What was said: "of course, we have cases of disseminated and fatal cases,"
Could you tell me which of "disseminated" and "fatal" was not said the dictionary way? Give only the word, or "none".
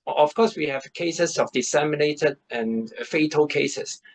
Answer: none